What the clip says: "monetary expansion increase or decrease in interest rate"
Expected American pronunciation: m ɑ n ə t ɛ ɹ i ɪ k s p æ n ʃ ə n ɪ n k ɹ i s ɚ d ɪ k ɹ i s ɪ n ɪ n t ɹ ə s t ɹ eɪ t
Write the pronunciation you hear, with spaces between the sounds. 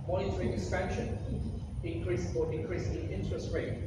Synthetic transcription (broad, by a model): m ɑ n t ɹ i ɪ s f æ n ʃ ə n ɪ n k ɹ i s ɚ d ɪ k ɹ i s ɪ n ɪ n t ɹ ə s t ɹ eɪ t